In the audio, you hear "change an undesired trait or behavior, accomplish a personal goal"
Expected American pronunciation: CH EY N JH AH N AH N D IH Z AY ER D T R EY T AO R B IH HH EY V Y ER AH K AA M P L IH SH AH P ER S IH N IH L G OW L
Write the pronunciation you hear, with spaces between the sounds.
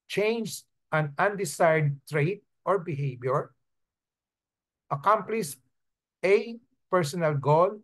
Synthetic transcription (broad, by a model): CH EY N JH AH N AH N D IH S AY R D T R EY T AO R B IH HH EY B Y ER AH K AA M P L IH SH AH P ER S IH N IH L G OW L